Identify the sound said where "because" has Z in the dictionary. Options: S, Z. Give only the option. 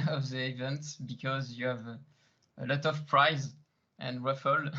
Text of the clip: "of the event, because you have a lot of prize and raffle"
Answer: Z